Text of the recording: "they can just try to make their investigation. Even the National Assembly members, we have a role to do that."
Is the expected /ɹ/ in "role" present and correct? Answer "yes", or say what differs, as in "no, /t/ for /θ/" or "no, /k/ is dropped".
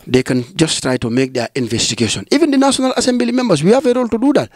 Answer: yes